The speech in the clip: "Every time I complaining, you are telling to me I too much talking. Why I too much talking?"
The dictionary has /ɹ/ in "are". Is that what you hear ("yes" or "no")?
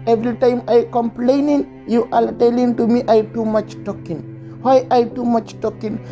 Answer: no